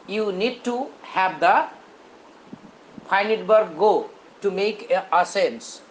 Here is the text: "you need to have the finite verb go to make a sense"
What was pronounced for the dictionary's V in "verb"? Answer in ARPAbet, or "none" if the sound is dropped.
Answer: B